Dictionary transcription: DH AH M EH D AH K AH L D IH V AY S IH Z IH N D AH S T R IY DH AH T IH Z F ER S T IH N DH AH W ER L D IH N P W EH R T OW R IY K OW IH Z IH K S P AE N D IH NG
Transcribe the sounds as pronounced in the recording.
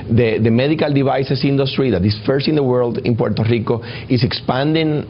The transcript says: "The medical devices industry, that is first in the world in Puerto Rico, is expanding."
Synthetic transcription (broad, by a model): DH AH M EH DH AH K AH L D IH B AY S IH S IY N D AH S T R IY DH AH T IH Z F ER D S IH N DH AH W ER L D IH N P W EH R T OW R IY K OW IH S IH K S P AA N D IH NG